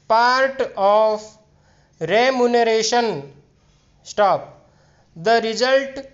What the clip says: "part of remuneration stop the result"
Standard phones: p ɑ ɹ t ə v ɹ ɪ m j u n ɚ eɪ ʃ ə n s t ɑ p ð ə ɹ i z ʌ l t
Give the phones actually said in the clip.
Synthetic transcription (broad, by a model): p ɑ ɹ t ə p ɹ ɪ m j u n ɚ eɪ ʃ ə n s t ɑ p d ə ɹ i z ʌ l t